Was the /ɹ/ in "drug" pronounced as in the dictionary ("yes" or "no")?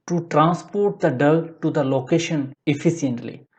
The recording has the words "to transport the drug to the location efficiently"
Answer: no